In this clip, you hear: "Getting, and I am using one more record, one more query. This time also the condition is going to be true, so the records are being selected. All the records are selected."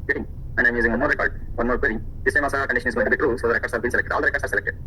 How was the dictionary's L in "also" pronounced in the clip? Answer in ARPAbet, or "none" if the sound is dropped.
none